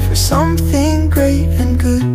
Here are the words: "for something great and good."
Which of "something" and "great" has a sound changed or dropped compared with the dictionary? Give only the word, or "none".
none